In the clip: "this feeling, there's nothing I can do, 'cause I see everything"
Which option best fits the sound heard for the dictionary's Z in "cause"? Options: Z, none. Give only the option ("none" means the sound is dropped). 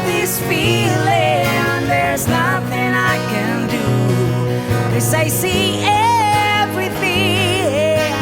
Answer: none